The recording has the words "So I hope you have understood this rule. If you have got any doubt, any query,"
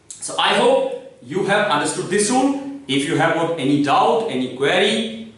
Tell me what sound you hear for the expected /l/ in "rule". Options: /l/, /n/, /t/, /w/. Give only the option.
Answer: /n/